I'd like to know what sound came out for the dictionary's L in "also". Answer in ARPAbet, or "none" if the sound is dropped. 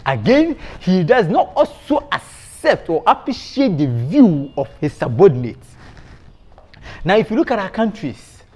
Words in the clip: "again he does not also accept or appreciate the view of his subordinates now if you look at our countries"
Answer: L